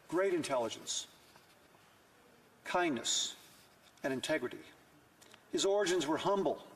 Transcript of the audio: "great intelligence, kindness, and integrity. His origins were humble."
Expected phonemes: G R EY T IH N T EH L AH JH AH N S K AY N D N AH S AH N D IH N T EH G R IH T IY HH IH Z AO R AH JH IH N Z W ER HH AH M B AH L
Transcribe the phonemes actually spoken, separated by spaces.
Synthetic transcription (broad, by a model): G R EY T IH N T EH L AH JH AH N S K AY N N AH S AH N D IH N T EH G R IH T IY HH IH Z AO R AH JH IH N Z W ER HH AH M B L